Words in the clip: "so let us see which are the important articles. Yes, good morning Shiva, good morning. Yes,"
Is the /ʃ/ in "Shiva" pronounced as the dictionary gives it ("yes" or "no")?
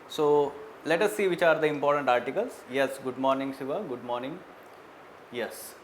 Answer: no